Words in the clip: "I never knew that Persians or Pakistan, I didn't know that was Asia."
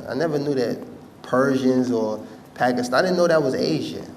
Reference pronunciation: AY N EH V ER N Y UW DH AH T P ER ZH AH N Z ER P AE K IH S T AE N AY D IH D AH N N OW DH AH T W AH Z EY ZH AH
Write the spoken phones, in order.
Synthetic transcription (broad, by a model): AY N EH V ER N Y UW DH AH T P ER ZH AH N Z ER P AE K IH S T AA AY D IH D N N OW DH AH T W AH Z EY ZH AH